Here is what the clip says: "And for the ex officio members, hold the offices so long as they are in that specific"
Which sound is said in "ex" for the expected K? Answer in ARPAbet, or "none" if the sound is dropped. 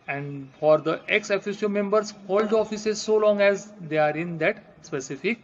K